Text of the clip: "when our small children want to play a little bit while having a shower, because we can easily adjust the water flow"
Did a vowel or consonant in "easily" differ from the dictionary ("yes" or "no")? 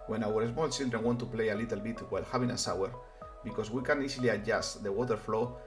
yes